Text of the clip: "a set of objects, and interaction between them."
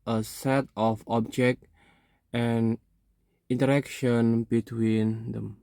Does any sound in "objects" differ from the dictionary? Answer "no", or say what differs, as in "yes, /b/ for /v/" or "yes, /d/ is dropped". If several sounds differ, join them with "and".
yes, /s/ is dropped